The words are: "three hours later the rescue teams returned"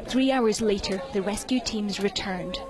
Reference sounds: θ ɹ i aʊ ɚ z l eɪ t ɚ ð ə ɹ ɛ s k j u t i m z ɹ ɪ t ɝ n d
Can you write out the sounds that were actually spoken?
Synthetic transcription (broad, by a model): θ ɹ i aʊ ɚ z l eɪ t ɚ ð ə ɹ ɛ s k j u t i m z ɹ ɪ t ɝ n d